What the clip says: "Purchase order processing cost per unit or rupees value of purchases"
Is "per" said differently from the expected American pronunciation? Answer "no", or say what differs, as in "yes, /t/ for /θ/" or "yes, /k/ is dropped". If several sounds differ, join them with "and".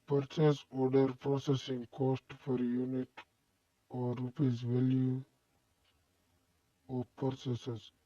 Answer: yes, /f/ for /p/